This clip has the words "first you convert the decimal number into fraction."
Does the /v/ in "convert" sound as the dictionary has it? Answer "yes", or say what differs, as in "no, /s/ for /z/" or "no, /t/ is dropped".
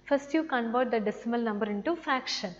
no, /b/ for /v/